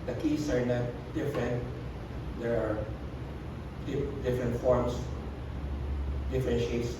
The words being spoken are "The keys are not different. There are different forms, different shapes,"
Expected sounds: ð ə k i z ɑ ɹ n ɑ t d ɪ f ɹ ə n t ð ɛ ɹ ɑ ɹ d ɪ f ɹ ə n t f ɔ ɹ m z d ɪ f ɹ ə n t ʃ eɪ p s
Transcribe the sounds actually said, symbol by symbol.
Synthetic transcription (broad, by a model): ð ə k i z ɑ ɹ n ɑ t d ɪ f ɹ ə n t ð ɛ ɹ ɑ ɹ d ɪ f ɹ ə n t f ɔ ɹ m s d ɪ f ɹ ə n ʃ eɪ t s